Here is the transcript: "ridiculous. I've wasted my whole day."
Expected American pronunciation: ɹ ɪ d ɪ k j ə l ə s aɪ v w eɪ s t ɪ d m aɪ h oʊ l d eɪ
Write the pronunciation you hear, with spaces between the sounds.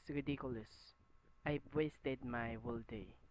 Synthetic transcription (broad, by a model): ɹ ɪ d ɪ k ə l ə s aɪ b w eɪ s t ɪ d m aɪ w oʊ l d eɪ